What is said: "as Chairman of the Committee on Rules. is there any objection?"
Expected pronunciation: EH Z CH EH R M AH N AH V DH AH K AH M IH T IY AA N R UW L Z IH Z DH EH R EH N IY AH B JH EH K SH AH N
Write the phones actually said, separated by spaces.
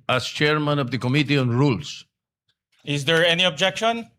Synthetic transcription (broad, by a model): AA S CH EH R M AH N AH V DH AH K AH M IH T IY AA N R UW L S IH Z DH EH R EH N IY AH B JH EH K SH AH N